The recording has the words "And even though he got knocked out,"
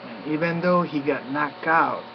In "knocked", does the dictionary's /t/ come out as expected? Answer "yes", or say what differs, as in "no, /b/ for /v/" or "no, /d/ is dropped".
no, /t/ is dropped